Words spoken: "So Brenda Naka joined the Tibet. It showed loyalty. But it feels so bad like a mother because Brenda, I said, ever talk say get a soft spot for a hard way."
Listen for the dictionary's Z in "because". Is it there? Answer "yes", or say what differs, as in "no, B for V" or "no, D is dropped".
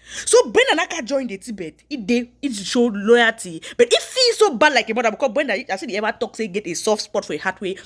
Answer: no, Z is dropped